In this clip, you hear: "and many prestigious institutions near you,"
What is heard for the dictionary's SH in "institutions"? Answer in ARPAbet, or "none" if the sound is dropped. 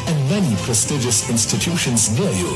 SH